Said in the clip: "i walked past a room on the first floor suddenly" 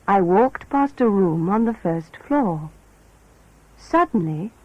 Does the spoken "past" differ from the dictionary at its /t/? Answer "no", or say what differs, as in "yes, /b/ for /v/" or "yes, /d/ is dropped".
no